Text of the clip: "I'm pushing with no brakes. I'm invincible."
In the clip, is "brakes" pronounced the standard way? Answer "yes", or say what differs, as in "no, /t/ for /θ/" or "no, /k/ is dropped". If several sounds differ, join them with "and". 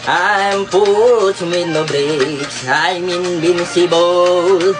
no, /s/ is dropped